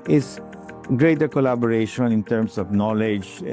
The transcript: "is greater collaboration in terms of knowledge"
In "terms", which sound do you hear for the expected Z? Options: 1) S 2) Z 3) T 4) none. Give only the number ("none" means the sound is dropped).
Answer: 1